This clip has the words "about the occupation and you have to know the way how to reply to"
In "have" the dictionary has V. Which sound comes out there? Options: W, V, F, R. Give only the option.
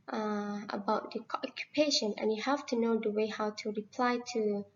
F